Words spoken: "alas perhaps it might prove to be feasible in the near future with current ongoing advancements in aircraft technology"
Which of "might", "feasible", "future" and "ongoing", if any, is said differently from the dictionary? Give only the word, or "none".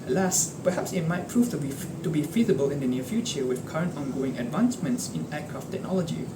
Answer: none